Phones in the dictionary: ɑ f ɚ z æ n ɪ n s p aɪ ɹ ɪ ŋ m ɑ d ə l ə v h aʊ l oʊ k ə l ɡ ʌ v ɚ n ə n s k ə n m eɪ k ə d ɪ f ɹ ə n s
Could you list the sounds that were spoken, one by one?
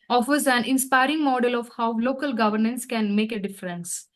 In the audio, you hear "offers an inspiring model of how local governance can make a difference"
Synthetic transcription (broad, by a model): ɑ f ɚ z æ n ɪ n s p aɪ ɹ ɪ ŋ m ɑ d ə l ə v h aʊ l oʊ k ə l ɡ ʌ v ɚ n ə n s k ə n m eɪ k ə d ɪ f ɹ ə n s